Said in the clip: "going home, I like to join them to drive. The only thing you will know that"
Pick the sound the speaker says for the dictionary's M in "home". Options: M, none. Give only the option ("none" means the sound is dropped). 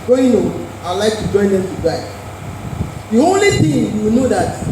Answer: none